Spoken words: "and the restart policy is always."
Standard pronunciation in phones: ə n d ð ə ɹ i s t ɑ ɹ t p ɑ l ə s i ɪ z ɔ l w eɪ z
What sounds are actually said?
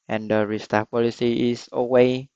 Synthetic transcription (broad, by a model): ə n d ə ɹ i s t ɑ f p ɑ l ə s i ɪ s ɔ w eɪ